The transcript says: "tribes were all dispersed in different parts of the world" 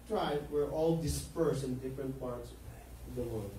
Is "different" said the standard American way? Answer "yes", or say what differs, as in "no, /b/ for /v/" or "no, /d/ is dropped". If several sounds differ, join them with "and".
yes